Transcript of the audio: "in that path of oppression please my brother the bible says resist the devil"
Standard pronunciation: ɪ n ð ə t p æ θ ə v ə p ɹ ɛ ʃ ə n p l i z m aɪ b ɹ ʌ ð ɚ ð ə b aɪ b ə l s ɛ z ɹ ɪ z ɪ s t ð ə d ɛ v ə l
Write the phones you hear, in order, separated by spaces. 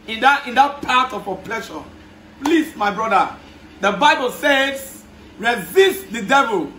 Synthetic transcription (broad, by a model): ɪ n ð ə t p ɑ t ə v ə p l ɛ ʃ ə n p l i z m aɪ b ɹ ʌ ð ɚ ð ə b aɪ b ə l s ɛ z ɹ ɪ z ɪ s t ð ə d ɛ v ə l